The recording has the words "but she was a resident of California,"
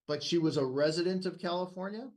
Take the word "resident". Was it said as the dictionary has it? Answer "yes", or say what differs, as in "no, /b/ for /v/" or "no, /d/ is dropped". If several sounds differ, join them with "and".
yes